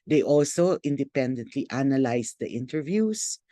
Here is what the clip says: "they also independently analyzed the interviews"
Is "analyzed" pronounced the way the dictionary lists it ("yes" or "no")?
no